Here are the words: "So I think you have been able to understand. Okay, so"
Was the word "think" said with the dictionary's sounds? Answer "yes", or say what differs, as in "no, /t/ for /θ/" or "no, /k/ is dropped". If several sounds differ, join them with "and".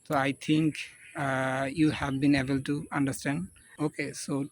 no, /t/ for /θ/